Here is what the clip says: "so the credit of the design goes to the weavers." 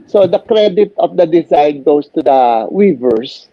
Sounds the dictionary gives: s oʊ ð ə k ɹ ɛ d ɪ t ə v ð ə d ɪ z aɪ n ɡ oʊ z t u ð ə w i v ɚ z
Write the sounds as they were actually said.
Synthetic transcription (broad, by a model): s oʊ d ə k ɹ ɛ d ɪ t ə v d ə d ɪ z aɪ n ɡ oʊ s t u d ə w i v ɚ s